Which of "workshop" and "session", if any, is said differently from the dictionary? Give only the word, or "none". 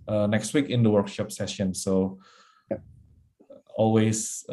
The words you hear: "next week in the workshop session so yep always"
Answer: none